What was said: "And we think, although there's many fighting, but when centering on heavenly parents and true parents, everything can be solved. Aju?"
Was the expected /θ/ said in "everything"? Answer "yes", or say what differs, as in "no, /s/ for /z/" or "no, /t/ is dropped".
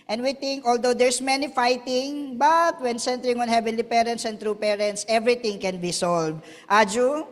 no, /t/ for /θ/